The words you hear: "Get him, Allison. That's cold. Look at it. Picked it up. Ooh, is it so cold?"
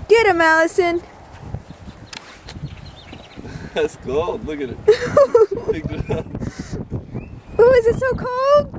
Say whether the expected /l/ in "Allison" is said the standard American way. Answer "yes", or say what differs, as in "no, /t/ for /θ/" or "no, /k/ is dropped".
yes